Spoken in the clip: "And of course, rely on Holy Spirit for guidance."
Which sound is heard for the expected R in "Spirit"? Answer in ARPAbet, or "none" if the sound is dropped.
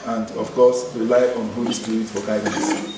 none